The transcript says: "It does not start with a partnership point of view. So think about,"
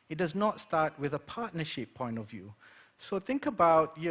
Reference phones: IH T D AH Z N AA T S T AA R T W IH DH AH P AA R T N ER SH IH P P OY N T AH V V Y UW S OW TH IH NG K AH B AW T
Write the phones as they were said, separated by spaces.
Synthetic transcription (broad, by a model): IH T D AH Z N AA T S T AA R T W IH DH AH P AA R T N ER SH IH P P OY N T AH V V Y UW S OW TH IH NG K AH B AW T